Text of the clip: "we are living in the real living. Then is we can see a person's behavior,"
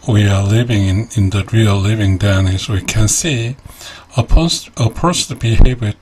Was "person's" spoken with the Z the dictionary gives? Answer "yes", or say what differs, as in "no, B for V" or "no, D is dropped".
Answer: no, Z is dropped